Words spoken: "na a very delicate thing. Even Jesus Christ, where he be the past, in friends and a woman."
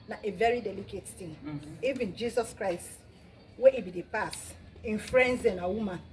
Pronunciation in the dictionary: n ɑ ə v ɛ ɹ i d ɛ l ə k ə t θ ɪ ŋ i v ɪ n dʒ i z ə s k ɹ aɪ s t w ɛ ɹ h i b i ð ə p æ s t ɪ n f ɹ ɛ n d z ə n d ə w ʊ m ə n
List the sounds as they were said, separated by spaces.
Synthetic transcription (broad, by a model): n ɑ ə v ɛ ɹ i d ɛ l ə k ə t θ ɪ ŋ i v ɪ n dʒ i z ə s k ɹ aɪ s t w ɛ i b i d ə p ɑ s ɪ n f ɹ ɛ n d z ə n ə w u m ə n